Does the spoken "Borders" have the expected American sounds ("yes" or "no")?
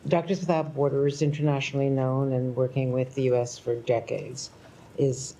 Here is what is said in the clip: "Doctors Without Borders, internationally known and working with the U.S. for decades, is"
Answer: yes